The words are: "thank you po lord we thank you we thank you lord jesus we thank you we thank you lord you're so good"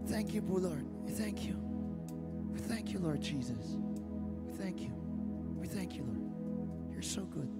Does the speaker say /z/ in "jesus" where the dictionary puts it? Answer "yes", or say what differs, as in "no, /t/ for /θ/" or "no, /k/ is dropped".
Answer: yes